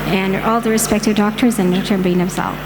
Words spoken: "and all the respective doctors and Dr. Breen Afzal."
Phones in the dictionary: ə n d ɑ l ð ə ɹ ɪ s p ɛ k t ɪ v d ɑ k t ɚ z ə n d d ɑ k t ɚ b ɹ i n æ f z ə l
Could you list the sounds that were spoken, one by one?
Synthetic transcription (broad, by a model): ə n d ɑ l ð ə ɹ ɪ s p ɛ k t ɪ v d ɑ k t ɚ z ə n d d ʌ t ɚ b i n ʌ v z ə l